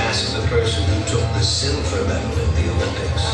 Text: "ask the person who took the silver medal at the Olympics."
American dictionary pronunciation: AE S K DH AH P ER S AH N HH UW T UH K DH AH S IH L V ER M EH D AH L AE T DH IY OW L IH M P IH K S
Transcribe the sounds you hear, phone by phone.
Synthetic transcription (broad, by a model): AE S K DH AH P ER S AH N HH UW T UH K DH AH S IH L F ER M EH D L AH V DH IY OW L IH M P IH K S